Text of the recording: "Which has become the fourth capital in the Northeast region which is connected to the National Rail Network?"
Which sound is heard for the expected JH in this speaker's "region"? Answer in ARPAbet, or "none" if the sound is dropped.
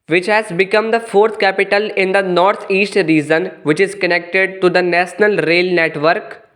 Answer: Z